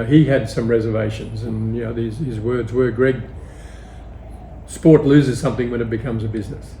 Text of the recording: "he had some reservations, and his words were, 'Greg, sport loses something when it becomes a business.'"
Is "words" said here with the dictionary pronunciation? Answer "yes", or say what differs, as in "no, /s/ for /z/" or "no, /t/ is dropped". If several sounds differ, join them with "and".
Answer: yes